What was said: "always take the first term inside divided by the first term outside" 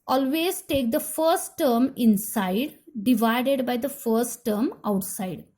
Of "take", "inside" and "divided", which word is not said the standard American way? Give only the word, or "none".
none